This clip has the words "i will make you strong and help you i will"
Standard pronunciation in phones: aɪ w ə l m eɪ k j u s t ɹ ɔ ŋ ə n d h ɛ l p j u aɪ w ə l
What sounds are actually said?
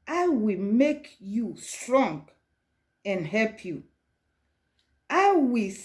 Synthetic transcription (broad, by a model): aɪ w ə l m eɪ k j u s t ɹ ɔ ŋ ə n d h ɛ p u aɪ w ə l